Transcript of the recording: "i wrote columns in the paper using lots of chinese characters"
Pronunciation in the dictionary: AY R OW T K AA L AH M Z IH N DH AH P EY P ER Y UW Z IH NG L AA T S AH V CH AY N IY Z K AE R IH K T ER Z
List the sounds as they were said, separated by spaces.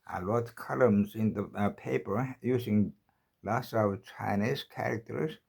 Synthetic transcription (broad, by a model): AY L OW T K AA L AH M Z IH N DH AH P EY P ER Y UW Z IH NG L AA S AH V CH AY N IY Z K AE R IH K T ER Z